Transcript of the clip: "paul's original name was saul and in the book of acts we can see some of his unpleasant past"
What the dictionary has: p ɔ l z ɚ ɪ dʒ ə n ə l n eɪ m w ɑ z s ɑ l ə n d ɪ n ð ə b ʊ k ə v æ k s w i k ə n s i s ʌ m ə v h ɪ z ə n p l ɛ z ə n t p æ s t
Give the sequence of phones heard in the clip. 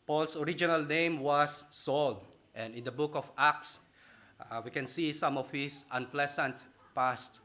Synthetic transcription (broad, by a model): p ɔ l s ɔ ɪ dʒ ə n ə l n eɪ m w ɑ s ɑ l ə n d ɪ n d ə b ʊ k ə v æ k s w i k ə n s i s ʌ m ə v h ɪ s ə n p l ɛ s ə n t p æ s t